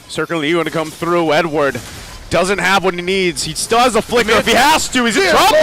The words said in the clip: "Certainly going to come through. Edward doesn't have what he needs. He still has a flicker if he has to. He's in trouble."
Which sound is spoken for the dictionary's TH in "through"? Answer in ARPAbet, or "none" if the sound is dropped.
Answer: TH